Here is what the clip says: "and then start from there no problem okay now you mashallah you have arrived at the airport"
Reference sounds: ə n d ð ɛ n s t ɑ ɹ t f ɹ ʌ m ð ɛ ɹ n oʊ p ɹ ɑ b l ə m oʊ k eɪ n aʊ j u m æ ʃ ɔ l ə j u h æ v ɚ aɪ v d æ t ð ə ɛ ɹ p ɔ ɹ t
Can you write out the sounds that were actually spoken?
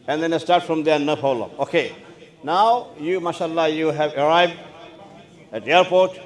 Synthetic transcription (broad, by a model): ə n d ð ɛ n s t ɑ ɹ t f ɹ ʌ m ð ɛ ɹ n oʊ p ɑ l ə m oʊ k eɪ n aʊ j u m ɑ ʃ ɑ l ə j u h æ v ɚ aɪ v d æ t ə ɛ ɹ p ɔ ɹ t